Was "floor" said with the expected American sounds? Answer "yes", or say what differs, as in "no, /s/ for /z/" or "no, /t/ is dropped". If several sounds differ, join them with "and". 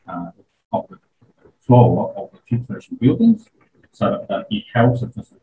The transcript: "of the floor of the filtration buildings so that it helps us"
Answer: no, /l/ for /ɹ/